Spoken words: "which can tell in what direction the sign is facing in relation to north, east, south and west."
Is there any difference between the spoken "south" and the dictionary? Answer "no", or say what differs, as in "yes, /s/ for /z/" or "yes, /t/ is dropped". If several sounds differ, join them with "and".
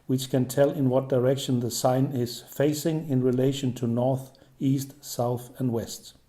no